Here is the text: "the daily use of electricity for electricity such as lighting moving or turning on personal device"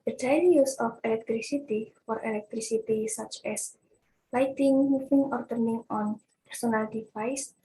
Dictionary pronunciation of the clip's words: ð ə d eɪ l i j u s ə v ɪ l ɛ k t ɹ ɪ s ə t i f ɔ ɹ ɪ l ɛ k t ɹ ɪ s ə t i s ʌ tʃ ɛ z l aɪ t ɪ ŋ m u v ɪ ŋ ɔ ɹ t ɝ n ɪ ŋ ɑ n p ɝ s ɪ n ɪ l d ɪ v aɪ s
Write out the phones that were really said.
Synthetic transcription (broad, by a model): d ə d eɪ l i j u s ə f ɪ l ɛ k t ɹ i s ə t i f ɔ ɹ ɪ l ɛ k t ɹ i s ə t i s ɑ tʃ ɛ s l aɪ t ɪ ŋ m u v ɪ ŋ ɔ ɹ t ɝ n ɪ ŋ ɑ n p ɝ s ɪ n ɪ l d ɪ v aɪ s